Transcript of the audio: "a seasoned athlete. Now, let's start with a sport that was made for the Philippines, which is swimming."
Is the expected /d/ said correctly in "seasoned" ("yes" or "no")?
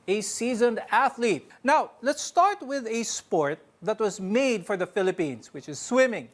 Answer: yes